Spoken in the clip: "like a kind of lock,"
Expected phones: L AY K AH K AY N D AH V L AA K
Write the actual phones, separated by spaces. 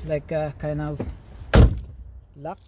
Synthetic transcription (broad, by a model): L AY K AH K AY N AH V L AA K